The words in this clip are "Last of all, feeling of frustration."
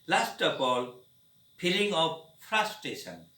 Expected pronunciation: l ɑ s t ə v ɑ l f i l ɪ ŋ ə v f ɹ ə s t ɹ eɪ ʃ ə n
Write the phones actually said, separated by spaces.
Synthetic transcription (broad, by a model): l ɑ s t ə p ɑ l p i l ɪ ŋ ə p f ɹ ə s t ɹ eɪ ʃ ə n